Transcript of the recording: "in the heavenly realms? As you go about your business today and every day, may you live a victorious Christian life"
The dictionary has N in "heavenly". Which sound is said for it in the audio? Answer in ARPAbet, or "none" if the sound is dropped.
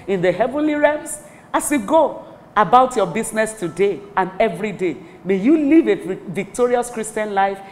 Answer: N